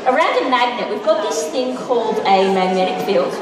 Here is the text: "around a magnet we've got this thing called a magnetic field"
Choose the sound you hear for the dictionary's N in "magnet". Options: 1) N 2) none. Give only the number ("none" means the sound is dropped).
1